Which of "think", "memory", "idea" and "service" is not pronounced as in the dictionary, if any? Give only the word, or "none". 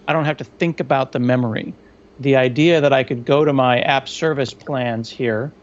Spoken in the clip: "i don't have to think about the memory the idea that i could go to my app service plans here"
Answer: none